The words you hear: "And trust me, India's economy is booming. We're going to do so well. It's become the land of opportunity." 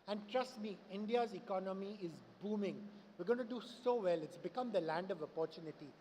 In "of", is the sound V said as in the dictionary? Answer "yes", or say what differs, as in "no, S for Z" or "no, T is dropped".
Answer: yes